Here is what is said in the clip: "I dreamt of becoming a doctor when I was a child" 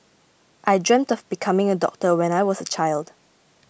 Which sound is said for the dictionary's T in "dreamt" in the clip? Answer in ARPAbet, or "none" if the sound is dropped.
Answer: T